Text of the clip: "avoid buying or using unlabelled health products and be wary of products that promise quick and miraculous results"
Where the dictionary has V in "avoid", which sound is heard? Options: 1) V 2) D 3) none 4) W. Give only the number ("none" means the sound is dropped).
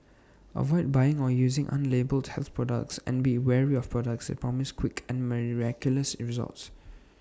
1